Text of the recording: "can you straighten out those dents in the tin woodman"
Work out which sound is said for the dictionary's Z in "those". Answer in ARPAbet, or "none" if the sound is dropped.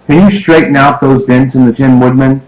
Z